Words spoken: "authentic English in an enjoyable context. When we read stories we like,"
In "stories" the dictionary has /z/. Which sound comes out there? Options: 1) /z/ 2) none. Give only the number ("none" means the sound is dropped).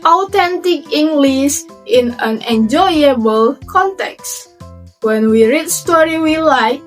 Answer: 2